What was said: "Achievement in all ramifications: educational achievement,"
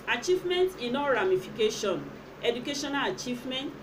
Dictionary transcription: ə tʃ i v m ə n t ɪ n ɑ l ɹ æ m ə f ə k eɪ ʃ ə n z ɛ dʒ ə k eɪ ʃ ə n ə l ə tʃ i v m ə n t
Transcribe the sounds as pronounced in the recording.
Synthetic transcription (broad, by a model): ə tʃ i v m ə n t ɪ n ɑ ɹ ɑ m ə f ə k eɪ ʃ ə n ɛ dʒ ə k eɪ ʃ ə n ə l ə tʃ i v m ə n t